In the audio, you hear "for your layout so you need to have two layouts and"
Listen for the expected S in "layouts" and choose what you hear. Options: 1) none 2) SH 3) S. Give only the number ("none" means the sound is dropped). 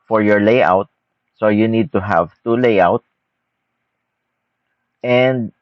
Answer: 1